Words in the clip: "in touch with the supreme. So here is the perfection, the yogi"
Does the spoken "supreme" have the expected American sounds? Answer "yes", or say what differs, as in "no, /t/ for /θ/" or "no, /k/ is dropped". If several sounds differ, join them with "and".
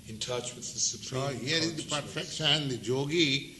no, /ɹ/ is dropped